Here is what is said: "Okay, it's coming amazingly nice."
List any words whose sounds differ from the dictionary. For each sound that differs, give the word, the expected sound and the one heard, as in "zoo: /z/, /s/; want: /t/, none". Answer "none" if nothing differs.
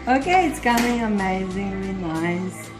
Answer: coming: /m/, none; amazingly: /l/, none